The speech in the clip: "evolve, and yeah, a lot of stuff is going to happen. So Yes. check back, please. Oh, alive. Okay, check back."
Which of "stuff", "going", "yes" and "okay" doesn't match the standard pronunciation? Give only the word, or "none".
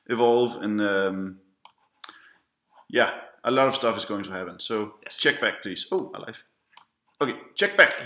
yes